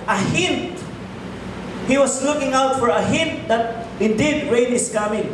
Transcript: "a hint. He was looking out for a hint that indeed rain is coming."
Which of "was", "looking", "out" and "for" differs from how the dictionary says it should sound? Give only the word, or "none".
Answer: was